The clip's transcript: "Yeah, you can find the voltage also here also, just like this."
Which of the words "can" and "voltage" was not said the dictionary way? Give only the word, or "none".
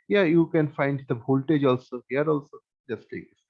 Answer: voltage